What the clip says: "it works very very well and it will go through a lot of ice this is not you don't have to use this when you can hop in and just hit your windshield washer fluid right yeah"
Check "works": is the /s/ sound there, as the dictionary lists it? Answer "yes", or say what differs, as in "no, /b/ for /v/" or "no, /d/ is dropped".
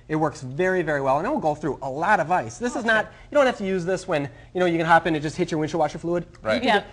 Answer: yes